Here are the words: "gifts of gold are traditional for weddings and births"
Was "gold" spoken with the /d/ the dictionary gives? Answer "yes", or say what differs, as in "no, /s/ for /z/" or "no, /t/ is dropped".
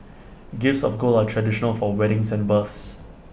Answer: no, /d/ is dropped